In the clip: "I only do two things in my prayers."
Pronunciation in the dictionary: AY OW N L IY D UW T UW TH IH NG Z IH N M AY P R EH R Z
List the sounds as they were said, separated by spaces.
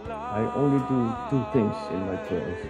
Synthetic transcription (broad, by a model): AY OW N L IY D UW T UW T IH NG S IH N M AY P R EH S